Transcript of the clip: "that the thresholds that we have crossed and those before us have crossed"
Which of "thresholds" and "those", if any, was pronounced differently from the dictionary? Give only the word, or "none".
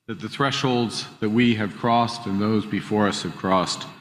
none